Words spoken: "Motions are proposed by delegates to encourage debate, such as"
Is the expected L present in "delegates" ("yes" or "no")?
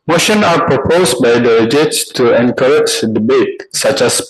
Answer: no